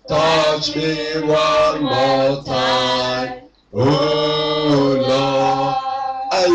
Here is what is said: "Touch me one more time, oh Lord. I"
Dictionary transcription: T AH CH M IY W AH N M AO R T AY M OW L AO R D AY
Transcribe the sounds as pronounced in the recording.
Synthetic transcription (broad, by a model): T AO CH M IY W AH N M AO L T AY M OW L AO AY